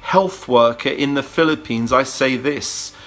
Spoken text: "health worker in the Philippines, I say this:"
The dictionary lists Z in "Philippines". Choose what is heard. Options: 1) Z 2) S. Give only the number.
1